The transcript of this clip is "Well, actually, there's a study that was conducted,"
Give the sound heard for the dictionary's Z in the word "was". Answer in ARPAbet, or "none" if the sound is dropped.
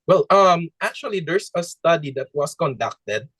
S